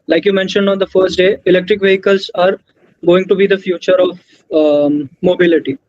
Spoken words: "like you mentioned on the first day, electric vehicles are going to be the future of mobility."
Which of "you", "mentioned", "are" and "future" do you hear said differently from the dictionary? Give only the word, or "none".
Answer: none